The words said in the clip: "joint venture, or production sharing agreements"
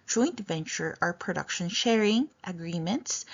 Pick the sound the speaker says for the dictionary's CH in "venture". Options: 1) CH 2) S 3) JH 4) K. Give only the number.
1